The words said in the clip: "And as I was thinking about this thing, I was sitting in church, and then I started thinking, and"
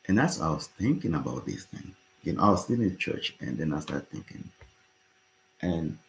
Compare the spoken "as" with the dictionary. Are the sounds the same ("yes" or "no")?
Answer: no